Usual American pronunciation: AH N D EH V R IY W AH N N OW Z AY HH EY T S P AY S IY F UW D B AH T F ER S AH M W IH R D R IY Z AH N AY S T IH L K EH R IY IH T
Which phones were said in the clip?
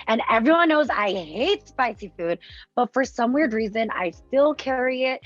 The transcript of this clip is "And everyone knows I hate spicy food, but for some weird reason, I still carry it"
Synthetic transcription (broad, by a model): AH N EH V R IY W AH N N OW Z AY HH EY T S P AY S IY F UW D B AH T F ER S AH M W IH R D R IY Z AH N AY S T IH L K EH R IY IH T